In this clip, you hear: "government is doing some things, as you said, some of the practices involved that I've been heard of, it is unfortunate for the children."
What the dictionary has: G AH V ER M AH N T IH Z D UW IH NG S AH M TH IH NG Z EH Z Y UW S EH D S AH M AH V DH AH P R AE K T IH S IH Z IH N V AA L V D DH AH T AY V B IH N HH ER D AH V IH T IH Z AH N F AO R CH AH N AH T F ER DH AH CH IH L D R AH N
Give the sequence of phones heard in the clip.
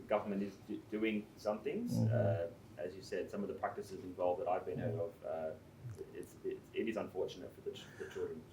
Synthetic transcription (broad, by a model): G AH V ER M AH N T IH Z D UW IH NG S AH M TH IH NG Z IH Z Y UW S EH D S AH M AH V DH AH P R AE K T IH S IH Z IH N V AA L V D DH AH T AY V B IH N HH ER D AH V IH T IH Z AH N F AO R CH AH N AH T F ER DH AH CH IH L D R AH N